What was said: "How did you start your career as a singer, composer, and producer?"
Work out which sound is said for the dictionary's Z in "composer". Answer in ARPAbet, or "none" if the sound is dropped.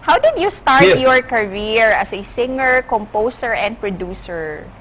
S